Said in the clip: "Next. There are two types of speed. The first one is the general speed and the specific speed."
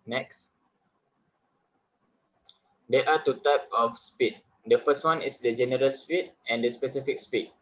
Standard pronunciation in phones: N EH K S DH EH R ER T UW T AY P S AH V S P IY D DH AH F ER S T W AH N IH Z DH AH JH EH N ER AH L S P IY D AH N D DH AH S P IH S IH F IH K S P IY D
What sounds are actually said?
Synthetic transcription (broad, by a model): N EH K S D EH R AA T UW T AY P AH F S P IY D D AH F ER S T W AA N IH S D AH JH EH N ER AH L S P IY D AH N D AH S P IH S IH F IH K S P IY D